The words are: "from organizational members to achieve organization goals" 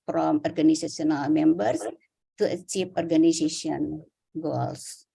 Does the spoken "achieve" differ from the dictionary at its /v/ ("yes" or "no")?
yes